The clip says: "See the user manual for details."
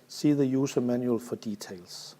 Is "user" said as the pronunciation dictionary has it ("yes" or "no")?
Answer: no